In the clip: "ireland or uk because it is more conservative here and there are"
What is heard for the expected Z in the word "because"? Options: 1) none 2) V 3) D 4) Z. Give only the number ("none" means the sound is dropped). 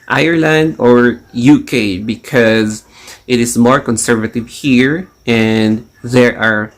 4